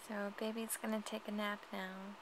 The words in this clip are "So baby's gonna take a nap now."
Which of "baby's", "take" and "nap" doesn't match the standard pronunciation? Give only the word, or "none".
baby's